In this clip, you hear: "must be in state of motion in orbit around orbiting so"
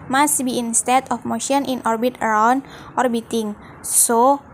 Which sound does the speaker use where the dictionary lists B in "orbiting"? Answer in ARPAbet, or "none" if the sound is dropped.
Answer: B